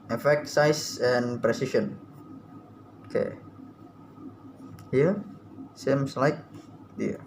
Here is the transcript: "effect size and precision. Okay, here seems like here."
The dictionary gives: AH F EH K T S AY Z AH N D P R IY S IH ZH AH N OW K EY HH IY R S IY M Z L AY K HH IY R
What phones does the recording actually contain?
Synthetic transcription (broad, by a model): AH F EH K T S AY S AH N P R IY S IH SH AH N OW K EY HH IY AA S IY M S L AY K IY